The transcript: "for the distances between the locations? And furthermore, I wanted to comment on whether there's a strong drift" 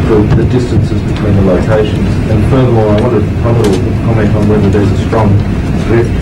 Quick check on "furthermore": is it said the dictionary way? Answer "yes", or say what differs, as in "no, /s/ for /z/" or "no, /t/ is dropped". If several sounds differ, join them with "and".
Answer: no, /m/ is dropped and /l/ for /ɹ/